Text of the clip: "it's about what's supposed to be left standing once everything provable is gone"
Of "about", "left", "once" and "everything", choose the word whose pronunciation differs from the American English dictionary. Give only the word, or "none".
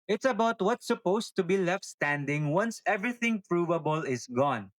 none